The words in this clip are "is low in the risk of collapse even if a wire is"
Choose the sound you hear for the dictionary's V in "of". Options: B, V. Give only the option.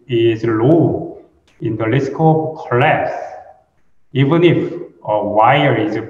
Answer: B